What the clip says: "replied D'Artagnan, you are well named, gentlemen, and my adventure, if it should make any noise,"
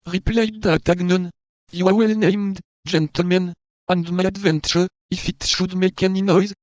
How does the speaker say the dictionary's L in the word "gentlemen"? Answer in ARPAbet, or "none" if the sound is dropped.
L